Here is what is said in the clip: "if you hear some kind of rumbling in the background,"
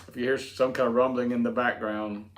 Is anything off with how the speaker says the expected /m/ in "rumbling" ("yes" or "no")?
no